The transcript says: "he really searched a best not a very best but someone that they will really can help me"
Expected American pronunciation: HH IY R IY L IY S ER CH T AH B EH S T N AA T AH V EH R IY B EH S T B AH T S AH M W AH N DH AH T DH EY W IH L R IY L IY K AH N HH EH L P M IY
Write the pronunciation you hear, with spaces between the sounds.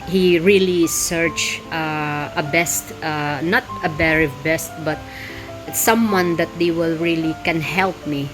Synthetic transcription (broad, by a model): HH IY R IY L IY S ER CH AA AH B EH S T N AA T AH B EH R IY B EH S T B AH T S AH M W AH N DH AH T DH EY W IH L R IY L IY K AH N HH EH L P M IY